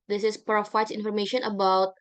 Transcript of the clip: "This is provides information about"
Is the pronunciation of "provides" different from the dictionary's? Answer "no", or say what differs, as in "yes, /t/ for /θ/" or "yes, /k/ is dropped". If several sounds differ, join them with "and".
yes, /f/ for /v/